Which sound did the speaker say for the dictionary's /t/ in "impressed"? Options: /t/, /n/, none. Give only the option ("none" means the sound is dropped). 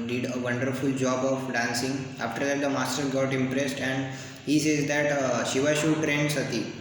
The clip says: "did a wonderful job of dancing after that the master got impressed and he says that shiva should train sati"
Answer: /t/